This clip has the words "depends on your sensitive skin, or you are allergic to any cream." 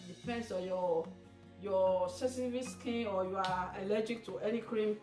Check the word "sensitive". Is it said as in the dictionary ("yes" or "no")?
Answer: no